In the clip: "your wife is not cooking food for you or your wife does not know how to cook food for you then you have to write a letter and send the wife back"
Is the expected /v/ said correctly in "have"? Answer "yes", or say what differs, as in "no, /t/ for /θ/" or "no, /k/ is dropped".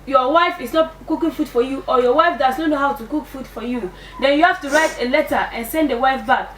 no, /f/ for /v/